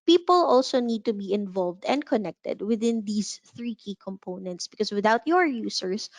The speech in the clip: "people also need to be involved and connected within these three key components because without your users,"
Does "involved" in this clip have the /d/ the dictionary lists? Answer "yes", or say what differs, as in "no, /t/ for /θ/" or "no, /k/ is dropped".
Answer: yes